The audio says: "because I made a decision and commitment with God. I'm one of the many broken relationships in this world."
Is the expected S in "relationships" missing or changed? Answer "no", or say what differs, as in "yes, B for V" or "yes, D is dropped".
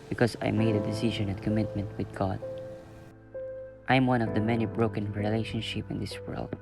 yes, S is dropped